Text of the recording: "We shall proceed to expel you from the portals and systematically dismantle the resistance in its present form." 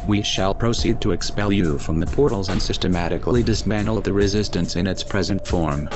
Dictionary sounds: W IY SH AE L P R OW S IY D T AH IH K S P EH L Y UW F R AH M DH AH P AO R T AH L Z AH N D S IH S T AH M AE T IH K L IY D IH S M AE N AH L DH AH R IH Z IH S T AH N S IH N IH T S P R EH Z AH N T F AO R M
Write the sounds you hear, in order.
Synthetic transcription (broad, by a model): W IY SH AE L P R OW S IY D T AH IH K S P EH L Y UW F R AH M DH AH P AO R T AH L Z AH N S IH S T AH M AE T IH K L IY D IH S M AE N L DH AH R IH Z IH S T AH N S IH N IH T S P R EH Z AH N T F AO R M